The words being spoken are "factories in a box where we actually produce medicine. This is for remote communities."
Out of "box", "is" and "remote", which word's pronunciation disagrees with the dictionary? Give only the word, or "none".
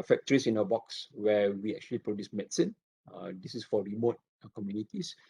is